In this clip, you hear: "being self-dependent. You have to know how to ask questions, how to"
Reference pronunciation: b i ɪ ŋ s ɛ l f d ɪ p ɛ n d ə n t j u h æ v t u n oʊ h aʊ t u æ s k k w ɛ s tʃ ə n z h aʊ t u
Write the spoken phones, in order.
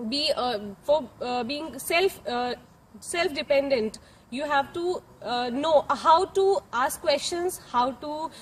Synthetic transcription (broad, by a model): b i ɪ ŋ s ɛ l f d ɪ p ɛ n d ə n t j u h æ v t u n oʊ h aʊ t u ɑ s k k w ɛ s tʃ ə n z h aʊ t u